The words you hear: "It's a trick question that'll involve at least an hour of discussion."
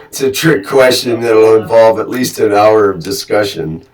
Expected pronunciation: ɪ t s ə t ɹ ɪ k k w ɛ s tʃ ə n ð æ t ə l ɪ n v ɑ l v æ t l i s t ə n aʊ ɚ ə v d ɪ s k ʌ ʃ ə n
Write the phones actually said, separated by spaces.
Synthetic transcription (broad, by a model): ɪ t s ə t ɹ ɪ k k w ɛ s tʃ ə n ð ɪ t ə l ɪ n v ɑ l v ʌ t l i s t ə n aʊ ɚ ə v d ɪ s k ʌ ʃ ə n